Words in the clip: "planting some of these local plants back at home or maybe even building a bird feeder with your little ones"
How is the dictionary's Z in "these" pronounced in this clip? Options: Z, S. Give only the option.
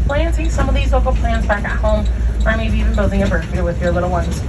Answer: Z